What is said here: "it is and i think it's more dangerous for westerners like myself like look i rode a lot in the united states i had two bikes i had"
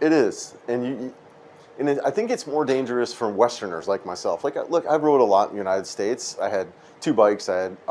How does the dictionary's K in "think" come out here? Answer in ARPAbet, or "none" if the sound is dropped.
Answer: K